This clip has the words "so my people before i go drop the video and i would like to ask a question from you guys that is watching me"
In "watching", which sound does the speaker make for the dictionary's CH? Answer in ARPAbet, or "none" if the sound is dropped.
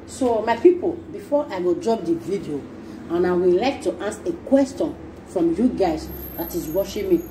SH